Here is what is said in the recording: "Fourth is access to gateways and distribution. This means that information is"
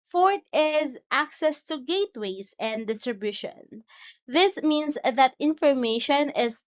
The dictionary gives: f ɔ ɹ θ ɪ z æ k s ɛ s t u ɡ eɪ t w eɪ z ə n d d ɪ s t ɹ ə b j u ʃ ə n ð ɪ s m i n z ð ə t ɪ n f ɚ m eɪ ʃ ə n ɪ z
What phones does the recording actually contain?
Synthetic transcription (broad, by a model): f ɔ ɹ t ɪ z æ k s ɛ s t u ɡ eɪ t w eɪ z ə n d d ɪ s t ɹ ə b j u ʃ ə n ð ɪ s m i n s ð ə t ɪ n f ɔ m eɪ ʃ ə n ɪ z